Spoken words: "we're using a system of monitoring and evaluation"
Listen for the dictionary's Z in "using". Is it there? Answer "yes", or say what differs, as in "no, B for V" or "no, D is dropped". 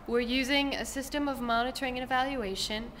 yes